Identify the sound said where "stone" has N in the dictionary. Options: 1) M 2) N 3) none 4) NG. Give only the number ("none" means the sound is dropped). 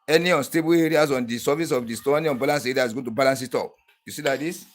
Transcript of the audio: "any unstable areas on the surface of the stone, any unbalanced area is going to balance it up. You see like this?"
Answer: 3